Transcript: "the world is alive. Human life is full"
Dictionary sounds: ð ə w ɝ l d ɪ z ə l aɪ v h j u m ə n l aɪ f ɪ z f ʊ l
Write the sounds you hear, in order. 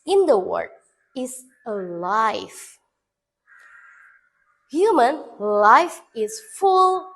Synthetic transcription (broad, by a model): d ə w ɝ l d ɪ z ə l aɪ f h j u m ə n l aɪ f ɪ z f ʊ l